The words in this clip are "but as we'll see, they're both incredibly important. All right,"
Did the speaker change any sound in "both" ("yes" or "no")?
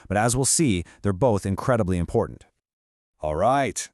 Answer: no